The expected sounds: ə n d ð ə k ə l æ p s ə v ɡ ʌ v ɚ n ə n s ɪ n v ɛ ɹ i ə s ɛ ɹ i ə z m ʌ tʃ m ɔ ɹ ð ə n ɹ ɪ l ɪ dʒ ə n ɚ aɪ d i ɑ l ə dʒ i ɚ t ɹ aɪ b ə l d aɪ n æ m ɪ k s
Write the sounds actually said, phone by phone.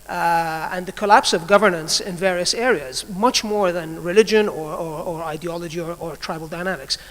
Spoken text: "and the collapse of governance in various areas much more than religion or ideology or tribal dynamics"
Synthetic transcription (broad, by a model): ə n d ð ə k ə l æ p s ə v ɡ ʌ v ɚ n ə n s ɪ n v ɛ ɹ i ə s ɛ ɹ i ə z m ʌ tʃ m ɔ ɹ ð ə n ɹ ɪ l ɪ dʒ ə n ɚ aɪ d i ɑ l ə dʒ i ɚ t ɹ aɪ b l d aɪ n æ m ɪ k s